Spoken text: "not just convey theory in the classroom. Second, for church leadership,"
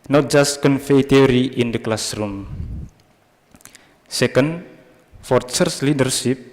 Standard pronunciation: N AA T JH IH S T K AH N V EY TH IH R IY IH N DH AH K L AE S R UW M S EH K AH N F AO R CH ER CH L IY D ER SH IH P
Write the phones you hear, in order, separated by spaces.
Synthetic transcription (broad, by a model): N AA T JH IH S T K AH N F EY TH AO R IY IH N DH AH K L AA S R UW M S EH K AH N F AO R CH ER S L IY D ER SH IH P